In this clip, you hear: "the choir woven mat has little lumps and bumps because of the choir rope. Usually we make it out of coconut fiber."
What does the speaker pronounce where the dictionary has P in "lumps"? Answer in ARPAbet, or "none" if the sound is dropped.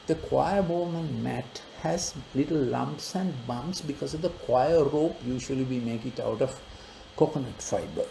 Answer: P